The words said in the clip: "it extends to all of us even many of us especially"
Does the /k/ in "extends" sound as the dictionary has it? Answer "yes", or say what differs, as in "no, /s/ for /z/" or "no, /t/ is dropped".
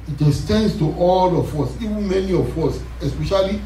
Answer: no, /k/ is dropped